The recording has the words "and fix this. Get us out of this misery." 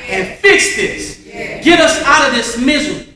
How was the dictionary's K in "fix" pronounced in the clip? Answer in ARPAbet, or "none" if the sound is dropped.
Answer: K